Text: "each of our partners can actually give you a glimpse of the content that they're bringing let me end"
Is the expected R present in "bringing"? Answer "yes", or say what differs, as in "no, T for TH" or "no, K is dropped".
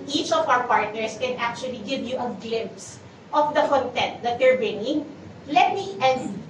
no, R is dropped